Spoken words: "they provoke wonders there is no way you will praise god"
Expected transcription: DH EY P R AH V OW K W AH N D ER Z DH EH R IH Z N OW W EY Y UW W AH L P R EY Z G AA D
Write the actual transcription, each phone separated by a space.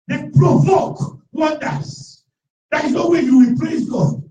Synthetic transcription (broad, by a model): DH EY P R AH V OW K W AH N D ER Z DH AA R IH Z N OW W EY Y UW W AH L P L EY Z G AA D